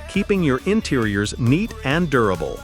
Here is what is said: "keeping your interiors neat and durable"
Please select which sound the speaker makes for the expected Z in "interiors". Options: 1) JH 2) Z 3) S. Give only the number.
2